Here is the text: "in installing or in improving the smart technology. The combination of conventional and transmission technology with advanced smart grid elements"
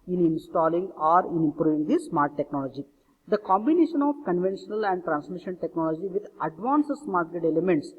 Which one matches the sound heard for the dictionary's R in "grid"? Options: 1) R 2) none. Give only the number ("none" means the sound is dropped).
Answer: 2